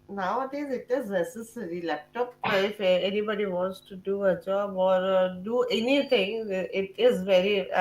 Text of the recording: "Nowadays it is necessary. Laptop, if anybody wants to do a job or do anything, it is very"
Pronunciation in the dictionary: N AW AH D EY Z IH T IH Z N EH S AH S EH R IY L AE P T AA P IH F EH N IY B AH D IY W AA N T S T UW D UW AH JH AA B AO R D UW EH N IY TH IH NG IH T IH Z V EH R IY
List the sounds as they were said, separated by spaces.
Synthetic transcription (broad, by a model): N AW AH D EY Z IH T IH Z N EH S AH S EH R IY L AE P T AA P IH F EH N IY B AH D IY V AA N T S T UW D UW AH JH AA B AO R D UW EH N IY T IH NG IH T IH Z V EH R IY